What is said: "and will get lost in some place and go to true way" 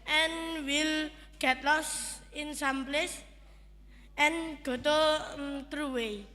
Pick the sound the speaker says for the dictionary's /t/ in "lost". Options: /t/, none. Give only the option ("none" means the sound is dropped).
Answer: none